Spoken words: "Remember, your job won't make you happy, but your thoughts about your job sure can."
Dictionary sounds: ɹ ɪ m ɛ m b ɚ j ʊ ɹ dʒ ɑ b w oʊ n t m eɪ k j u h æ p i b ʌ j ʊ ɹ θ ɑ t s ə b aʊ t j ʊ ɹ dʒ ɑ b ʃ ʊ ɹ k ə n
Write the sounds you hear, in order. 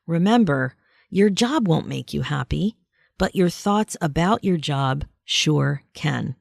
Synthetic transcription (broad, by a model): ɹ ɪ m ɛ m b ɚ j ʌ ɹ dʒ ɑ b w oʊ n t m eɪ k j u h æ p i b ʌ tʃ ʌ ɹ θ ɑ t s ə b aʊ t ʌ ɹ dʒ ɑ b ʃ ʊ ɹ k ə n